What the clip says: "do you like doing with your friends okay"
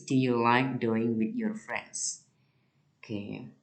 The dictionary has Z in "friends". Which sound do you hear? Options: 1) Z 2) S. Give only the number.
2